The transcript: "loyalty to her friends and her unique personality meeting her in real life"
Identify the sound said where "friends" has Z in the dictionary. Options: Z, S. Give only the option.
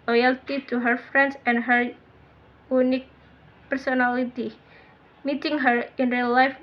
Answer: S